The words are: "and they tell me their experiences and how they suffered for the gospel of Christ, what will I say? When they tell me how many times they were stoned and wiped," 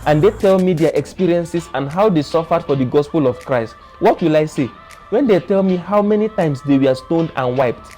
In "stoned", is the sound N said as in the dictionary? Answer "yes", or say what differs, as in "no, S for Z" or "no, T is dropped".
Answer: yes